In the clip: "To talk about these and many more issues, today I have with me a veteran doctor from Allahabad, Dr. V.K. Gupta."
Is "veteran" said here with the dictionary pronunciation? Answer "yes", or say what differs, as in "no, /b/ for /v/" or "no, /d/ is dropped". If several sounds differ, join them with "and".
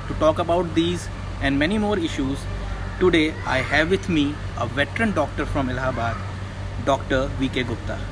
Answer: yes